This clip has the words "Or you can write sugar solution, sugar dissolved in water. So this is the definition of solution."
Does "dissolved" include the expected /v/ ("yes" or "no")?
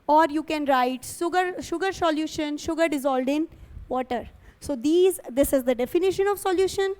no